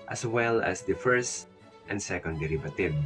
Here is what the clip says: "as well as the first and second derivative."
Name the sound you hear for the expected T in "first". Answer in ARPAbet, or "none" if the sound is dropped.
T